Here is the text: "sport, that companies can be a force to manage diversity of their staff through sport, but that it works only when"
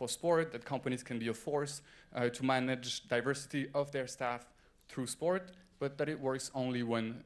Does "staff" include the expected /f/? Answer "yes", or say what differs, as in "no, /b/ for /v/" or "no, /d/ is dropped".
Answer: yes